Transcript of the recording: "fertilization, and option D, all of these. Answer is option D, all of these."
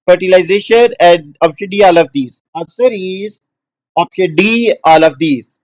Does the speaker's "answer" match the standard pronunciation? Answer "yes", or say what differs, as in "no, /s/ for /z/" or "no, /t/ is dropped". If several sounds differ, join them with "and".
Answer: no, /n/ is dropped